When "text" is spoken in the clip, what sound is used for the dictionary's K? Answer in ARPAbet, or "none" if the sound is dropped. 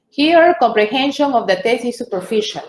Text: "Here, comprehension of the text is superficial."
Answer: none